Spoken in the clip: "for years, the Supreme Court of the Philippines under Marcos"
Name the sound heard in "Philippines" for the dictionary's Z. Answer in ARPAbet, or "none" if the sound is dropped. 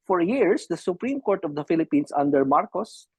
S